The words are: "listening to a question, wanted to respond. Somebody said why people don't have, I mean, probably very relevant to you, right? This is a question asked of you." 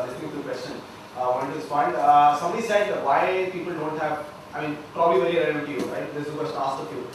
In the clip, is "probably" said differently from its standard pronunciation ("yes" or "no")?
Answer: no